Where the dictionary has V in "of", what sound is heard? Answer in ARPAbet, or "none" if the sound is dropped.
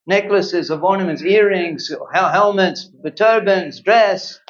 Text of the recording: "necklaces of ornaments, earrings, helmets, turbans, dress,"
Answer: V